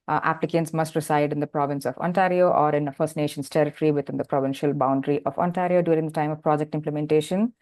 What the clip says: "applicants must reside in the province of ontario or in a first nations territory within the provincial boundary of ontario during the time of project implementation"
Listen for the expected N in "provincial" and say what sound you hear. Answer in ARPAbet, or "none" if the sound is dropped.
N